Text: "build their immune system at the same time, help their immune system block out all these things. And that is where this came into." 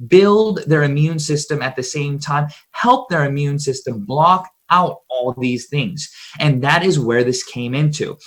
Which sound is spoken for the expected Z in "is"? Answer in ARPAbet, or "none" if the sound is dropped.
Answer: Z